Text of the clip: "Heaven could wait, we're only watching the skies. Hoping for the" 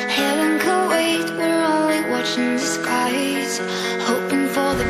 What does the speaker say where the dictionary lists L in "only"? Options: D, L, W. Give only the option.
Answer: W